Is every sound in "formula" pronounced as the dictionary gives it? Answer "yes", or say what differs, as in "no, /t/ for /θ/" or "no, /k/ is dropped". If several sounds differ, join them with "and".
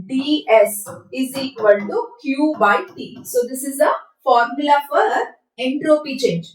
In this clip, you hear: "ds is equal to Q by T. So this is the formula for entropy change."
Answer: yes